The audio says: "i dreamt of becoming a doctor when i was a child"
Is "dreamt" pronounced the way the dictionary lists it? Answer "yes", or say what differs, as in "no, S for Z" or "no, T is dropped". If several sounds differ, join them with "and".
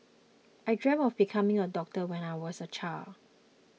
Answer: no, T is dropped